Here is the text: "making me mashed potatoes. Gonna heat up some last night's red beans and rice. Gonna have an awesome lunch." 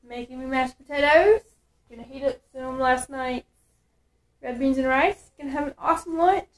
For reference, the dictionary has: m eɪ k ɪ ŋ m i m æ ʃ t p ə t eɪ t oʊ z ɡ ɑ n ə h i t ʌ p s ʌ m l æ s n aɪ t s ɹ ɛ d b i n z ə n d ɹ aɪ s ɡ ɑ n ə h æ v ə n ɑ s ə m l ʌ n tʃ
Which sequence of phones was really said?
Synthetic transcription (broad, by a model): m eɪ k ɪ ŋ m i m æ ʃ p ə t eɪ t oʊ z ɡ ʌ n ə h i t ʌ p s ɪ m l æ s n aɪ t ɹ ɛ d b i n z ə n ɹ aɪ s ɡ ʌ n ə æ v ə n ɑ s ə m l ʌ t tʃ